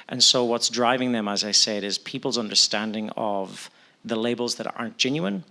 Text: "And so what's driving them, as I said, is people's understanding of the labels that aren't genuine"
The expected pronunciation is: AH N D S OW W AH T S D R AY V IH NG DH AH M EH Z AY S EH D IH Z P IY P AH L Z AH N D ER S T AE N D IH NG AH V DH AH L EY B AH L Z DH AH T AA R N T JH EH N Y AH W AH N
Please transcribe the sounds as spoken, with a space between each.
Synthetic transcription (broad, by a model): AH N S OW W AH T S D R AY V IH NG DH AH M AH Z AY S EH D IH Z P IY P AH L Z AH N D ER S T AE N D IH NG AH V DH AH L EY B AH L Z DH AH T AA R N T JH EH N Y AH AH N